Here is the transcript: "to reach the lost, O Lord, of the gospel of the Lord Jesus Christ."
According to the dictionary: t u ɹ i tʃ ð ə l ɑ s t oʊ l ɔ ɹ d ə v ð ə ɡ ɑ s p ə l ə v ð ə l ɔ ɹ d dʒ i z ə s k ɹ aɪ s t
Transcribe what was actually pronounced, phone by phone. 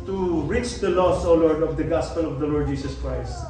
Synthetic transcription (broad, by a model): t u ɹ i tʃ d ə l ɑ s oʊ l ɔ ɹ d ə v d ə ɡ ɑ s p ə l ə v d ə l ɔ ɹ d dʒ i s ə s k ɹ aɪ s t